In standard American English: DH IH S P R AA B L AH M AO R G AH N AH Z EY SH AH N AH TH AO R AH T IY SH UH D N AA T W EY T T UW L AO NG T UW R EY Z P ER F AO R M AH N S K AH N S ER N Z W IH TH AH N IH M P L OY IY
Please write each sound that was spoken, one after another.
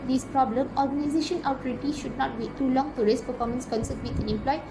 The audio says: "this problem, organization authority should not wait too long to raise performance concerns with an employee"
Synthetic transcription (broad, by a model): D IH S P R AA B L AH M AO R G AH N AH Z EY SH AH N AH T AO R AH T IY SH UH D N AA T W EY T T UW L AO NG T UW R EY S P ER F AO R M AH N S K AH N S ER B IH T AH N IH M P L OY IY